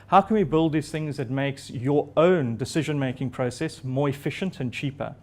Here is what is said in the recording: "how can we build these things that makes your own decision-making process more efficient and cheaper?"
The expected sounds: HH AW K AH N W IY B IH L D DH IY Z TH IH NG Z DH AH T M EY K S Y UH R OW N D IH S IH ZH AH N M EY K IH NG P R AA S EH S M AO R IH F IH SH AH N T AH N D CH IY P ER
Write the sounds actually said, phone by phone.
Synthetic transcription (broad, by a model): HH AW K AH N W IY B IH L D DH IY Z TH IH NG Z DH AH T M EY K S Y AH R OW N D IH S IH ZH AH N M EY K IH NG P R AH S EH S M AO R IH F IH SH AH N T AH N CH IY P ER